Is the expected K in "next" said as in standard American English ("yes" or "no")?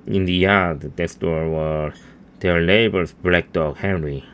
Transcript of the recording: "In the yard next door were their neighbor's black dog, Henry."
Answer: no